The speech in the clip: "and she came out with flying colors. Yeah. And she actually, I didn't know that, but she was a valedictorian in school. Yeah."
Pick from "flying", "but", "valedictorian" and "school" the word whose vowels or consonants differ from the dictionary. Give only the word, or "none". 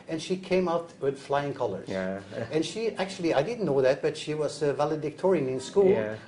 none